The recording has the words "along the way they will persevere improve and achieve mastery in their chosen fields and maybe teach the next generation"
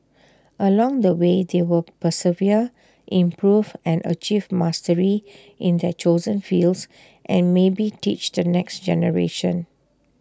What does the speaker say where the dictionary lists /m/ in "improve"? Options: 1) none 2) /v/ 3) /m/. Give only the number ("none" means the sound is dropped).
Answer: 3